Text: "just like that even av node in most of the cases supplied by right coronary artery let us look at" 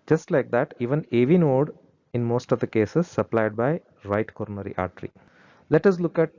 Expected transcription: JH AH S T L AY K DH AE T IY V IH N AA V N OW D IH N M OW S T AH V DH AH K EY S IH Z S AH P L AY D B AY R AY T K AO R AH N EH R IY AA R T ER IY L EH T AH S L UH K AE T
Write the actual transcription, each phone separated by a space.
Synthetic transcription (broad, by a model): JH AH S T L AY K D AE T IY V IH N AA V N OW D IH N M OW S T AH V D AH K EY S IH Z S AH P L AY D B AY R AY T K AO R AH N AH R IY AA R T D IY L EH T AH S L UH K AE T